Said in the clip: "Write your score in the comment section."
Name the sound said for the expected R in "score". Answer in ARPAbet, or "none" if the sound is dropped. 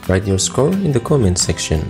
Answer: L